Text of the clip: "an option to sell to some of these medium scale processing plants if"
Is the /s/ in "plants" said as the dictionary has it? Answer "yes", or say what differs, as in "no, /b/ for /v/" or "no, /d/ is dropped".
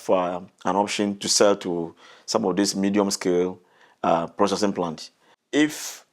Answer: no, /s/ is dropped